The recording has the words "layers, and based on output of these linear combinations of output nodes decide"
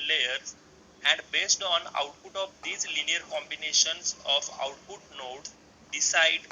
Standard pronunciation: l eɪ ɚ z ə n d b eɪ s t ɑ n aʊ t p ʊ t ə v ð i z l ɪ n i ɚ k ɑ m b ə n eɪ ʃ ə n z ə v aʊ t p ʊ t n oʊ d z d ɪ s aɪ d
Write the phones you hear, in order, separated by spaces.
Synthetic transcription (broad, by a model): l eɪ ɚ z ə n d b eɪ s t ɑ n aʊ t p ʊ t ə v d i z l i n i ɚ k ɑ m b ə n eɪ ʃ ə n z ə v aʊ t p ʊ t n oʊ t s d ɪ s aɪ d